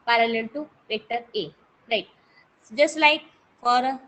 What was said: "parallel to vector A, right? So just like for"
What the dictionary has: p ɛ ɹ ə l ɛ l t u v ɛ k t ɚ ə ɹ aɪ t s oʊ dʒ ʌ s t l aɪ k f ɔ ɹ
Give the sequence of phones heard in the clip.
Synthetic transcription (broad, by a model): p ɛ ɹ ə l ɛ l t u p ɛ k t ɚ ə ɹ aɪ t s dʒ ʌ s t l aɪ k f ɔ ɹ